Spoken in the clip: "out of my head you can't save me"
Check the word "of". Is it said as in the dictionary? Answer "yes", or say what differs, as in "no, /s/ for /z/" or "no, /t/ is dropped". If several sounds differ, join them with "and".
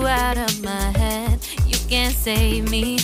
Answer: yes